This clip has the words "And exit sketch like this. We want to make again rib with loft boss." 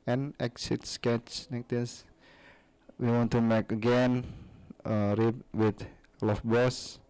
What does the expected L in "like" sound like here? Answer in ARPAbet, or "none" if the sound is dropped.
N